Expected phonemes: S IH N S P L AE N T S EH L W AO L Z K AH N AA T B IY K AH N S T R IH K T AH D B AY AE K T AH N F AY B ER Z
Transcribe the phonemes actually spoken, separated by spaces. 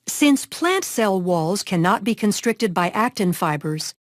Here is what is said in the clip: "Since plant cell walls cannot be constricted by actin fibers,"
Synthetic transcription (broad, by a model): S IH N S P L AE N T S EH L W AO L Z K AH N AA T B IY K AH N S T R IH K T AH D B AY AE K T AH N F AY B ER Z